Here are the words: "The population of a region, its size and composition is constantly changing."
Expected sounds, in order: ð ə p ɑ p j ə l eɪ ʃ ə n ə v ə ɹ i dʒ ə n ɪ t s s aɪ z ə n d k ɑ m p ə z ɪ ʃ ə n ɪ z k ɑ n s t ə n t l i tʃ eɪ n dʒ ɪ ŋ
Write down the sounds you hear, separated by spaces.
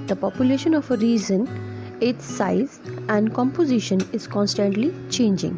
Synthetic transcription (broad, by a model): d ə p ɑ p j ə l eɪ ʃ ə n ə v ə ɹ i z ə n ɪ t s s aɪ z ə n d k ɑ m p ə z ɪ ʃ ə n ɪ z k ɑ n s t ə n t l i tʃ eɪ n dʒ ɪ ŋ